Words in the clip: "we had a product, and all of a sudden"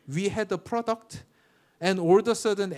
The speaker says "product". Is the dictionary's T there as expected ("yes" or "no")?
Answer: yes